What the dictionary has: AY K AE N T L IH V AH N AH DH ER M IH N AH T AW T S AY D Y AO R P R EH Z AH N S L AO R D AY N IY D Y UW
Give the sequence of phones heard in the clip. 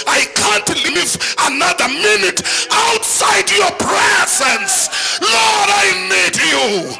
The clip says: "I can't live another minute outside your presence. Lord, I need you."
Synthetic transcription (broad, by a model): AY K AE N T L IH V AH N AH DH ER M IH N AH T AW T S AY D Y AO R P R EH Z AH N S L AO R D AY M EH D Y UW